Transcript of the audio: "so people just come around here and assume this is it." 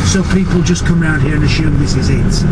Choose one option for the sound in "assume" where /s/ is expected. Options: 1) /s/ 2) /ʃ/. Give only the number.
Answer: 2